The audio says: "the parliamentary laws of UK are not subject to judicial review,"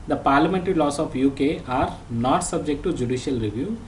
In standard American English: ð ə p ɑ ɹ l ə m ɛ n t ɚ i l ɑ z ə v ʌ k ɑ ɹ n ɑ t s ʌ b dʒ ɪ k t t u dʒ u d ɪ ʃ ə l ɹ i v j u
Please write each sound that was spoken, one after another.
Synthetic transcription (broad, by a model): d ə p ɑ ɹ l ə m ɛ n t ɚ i l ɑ s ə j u k ɑ ɹ n ɑ t s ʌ b dʒ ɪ k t t u dʒ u d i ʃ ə l ɹ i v j u